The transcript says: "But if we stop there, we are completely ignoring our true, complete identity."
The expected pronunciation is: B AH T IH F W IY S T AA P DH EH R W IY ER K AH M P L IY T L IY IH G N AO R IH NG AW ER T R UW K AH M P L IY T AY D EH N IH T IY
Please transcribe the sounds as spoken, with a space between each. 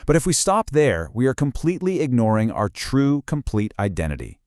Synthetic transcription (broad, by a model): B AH T IH F W IY S T AA P DH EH R W IY ER K AH M P L IY T L IY IH G N AO R IH NG AW ER T R UW K AH M P L IY T AY D EH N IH T IY